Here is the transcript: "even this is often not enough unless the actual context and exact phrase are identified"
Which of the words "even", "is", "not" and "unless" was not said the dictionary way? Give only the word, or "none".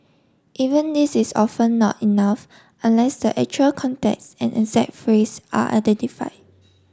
is